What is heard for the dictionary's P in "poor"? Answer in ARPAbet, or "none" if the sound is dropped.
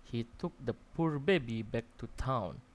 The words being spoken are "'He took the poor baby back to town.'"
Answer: P